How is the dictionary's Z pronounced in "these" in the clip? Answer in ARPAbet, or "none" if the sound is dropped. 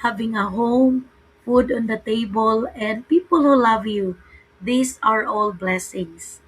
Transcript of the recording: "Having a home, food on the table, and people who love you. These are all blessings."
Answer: S